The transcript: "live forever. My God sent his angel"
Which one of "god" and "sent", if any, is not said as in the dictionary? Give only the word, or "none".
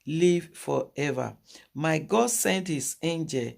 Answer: none